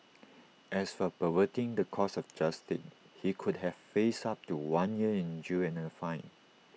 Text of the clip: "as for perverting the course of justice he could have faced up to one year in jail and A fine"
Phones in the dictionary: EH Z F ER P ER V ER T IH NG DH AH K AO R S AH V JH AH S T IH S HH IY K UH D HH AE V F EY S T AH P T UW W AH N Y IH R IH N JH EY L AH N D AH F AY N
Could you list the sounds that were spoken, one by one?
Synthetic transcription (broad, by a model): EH S F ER P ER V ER T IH NG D AH K AO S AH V JH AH S T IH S HH IY K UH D HH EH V F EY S AA P T UW W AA N Y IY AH IH N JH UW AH N AH F AY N